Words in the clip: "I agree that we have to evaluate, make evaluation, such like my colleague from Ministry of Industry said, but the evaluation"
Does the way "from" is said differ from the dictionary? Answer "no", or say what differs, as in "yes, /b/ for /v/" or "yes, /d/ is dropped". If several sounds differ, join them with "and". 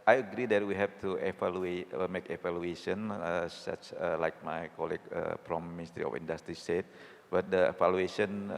yes, /p/ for /f/